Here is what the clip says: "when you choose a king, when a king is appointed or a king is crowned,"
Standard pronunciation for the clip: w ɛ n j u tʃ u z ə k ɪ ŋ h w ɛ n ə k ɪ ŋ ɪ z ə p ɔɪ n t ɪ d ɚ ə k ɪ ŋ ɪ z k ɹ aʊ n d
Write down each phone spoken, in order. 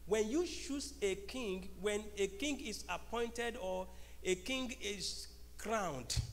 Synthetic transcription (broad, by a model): w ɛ n j u ʃ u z ə k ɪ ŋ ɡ w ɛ n ə k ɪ ŋ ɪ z ə p ɔɪ n t ɪ d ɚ ə k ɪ ŋ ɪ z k ɹ aʊ n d